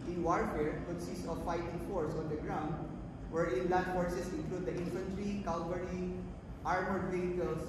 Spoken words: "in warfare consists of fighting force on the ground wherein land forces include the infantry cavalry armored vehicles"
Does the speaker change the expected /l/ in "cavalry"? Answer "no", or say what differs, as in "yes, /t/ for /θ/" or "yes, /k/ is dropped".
yes, /l/ is dropped